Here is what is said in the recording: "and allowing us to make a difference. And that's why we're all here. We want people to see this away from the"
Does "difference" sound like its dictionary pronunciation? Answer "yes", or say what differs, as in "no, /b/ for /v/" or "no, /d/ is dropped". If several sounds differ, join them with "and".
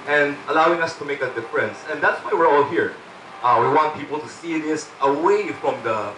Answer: yes